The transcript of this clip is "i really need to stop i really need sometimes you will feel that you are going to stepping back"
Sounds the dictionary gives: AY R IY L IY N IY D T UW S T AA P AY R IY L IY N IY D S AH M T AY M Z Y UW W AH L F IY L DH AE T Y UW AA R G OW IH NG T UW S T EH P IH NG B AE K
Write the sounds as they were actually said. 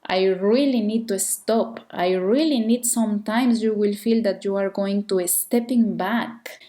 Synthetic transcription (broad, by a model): AY R IY L IY N IY D T UW S T AA P AY R IY L IY N IY D S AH M T AY M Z Y UW W AH L F IY L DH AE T Y UW AA R G OW IH NG T UW S T EH P IH NG B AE K